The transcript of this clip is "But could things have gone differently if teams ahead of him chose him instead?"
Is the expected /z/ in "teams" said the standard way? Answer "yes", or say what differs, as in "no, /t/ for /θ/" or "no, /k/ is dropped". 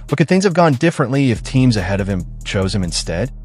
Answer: yes